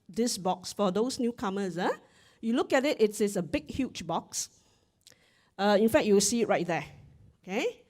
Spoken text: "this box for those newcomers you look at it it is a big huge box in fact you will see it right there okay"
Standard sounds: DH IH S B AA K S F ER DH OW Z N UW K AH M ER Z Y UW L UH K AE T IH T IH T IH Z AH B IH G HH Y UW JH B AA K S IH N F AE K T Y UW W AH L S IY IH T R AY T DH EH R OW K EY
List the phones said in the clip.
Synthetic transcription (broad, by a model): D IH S B AA K S F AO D OW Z N UW K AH M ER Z Y UW L UH K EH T IH T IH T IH S AH B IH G HH Y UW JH B AA K S IH N F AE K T Y UW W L S IY IH T R AY T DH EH OW K EY